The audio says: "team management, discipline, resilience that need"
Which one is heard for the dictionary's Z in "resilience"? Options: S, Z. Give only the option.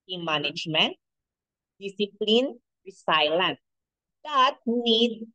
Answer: S